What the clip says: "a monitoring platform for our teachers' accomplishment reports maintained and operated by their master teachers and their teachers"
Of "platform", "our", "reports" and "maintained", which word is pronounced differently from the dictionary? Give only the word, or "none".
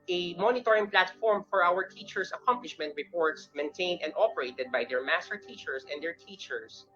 none